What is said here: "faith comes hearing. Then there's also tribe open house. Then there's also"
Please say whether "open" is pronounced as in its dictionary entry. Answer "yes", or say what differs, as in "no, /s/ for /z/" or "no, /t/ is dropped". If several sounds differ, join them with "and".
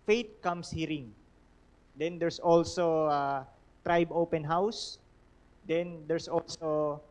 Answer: yes